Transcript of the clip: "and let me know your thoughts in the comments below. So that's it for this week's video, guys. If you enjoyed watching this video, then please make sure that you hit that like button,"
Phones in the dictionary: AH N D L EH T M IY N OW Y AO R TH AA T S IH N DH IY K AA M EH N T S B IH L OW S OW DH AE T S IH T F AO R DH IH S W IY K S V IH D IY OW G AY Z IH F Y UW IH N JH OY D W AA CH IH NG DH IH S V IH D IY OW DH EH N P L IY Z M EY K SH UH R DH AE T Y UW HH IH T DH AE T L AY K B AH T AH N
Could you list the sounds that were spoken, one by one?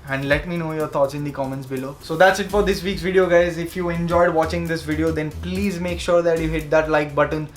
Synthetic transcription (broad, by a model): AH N D L EH T M IY N OW Y AO R T AA T S IH N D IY K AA M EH N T S B IH L OW S OW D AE T S IH T F AO R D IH S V IY K S V IH D IY OW G AY Z IH F Y UW IH N JH OY D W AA CH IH NG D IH S V IH D IY OW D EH N P L IY Z M EY K SH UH R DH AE T Y UW HH IH T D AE T L AY K B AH T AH N